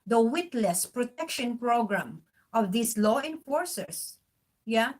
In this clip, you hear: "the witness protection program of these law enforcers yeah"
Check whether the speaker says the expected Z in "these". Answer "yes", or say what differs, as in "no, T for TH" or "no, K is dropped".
no, S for Z